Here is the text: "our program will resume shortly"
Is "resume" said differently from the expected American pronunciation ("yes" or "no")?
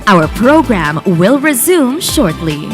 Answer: no